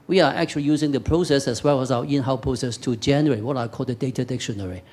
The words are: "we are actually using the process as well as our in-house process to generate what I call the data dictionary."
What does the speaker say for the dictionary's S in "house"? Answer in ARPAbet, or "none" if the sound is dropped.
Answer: none